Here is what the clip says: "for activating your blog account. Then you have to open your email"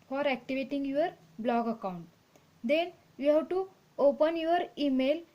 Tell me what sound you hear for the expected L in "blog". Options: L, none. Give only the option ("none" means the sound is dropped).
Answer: L